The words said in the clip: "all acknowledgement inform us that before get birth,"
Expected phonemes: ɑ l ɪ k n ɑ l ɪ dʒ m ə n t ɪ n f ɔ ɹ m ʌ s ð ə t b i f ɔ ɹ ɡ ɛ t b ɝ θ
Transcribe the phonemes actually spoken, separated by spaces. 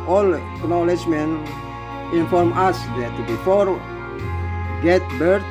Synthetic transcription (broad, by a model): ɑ l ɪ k n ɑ l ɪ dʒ m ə n ɪ n f ɔ ɹ m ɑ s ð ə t b i f ɔ ɹ ɡ ɛ t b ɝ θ